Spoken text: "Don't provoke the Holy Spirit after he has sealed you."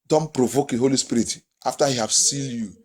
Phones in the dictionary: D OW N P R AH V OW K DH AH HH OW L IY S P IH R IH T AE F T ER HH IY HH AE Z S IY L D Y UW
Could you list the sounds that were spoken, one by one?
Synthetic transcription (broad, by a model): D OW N P R AH V OW K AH HH OW L IY S P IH R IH T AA F T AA HH IY HH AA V S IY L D Y UW